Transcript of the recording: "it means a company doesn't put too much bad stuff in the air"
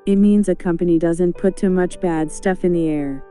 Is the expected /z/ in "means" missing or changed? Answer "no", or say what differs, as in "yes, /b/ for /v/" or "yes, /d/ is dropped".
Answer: no